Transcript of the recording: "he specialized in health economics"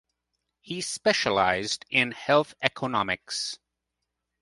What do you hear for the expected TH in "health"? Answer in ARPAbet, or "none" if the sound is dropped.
TH